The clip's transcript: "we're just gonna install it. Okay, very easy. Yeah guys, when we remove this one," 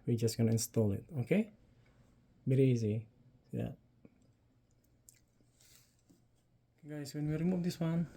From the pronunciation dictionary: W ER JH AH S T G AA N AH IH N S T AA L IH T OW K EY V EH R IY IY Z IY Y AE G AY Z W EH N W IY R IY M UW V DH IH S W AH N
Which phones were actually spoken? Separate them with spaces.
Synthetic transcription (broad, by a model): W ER JH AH S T G AA N AH IH N S T AA L IH T OW K EY B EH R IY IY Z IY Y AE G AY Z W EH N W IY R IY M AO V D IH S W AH N